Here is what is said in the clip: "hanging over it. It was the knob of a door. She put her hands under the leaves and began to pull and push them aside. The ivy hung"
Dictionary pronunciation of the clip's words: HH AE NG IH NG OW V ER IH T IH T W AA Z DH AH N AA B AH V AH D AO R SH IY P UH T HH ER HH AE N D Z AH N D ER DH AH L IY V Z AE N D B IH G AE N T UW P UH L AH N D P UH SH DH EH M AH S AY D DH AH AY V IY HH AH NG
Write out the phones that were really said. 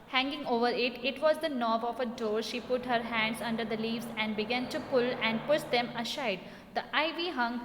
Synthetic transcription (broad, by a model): HH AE NG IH NG OW V ER IH T IH T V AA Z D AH N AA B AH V AH D AO R SH IY P UH T HH ER HH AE N D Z AH N D ER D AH L IY V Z AE N D B IH G AE N T UW P UH L AH N D P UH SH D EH M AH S AY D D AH AY V IY HH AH NG